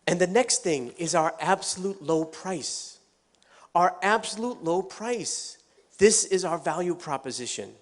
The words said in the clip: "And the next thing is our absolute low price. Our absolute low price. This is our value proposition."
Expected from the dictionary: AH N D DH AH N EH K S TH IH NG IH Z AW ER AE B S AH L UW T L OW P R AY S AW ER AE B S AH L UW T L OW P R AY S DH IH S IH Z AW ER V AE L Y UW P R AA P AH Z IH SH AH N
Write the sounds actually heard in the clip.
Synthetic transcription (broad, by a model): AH N DH AH N EH K S TH IH NG IH Z AW ER AE B S AH L UW T L OW P R AY S AW ER AE B S AH L UW T L OW P R AY S DH IH S IH Z AW ER V AE L Y UW P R AA P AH Z IH SH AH N